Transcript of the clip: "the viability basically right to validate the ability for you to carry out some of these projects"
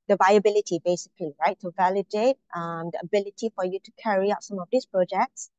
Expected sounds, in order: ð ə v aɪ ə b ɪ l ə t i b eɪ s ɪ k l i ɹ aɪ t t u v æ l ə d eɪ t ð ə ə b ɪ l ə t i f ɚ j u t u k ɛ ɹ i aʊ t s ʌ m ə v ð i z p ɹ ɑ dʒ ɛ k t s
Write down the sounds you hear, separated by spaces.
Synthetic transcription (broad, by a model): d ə v aɪ ə b ɪ l ə t i b eɪ s ɪ k l i ɹ aɪ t t u v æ l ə d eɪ t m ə ə b ɪ l ə t i f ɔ j u t u k ɛ ɹ i aʊ t s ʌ m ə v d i s p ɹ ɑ dʒ ɛ k t s